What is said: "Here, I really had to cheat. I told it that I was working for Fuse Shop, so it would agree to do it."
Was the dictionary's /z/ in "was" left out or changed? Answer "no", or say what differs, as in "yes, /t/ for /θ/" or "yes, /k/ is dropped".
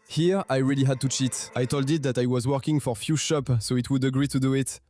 no